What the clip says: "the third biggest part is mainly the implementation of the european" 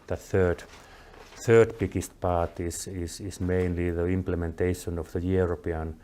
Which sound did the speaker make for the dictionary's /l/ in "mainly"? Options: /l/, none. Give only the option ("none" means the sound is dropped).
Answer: /l/